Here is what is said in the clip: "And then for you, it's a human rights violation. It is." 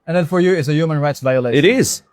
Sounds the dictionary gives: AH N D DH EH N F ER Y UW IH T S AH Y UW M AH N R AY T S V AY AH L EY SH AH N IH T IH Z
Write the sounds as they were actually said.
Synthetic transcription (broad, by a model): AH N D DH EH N F ER Y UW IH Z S AH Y UW M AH N R AY T S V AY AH L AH IH T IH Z